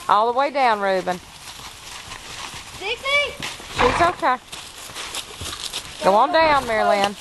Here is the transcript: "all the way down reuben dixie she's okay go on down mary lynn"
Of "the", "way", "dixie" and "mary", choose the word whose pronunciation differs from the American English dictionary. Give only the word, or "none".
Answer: dixie